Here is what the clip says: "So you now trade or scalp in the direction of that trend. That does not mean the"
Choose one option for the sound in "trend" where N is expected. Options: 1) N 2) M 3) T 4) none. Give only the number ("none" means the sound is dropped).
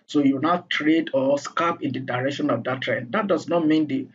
1